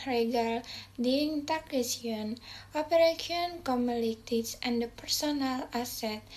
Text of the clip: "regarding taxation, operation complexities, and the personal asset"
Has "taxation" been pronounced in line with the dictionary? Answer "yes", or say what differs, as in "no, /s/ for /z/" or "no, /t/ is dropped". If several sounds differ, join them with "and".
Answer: no, /ʃ/ is dropped